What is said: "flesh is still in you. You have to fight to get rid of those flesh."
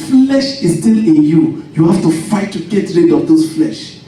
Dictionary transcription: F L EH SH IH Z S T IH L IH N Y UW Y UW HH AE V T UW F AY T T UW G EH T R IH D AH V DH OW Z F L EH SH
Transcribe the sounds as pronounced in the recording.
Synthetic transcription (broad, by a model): F L EH SH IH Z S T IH L IH N Y UW Y UW HH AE F T UW F AY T T UW G EH T R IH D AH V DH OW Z F L EH SH